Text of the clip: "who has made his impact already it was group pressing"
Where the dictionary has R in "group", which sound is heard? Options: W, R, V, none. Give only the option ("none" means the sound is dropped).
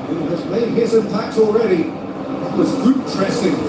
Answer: none